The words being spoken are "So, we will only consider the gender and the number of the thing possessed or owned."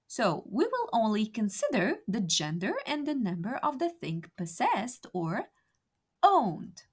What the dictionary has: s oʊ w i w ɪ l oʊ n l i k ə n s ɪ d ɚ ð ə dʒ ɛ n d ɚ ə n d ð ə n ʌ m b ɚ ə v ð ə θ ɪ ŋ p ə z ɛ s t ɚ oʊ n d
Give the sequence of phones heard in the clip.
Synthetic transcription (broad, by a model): s oʊ w i w ɪ l oʊ n l i k ə n s ɪ d ɚ ð ə dʒ ɛ n d ɚ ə n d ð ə n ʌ m b ɚ ə v ð ə θ ɪ ŋ p ə z ɛ s t ɚ oʊ n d